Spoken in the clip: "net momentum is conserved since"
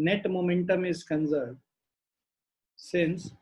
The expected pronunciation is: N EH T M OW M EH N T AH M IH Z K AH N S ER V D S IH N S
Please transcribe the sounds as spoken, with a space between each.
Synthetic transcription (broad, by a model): N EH T M OW M EH N T AH M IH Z K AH N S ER D S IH N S